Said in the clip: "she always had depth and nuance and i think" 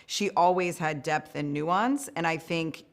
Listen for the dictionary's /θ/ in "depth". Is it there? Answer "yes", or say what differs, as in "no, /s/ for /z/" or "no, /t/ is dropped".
yes